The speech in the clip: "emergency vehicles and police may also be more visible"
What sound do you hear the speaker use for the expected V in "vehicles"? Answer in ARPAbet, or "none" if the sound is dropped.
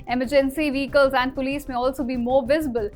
V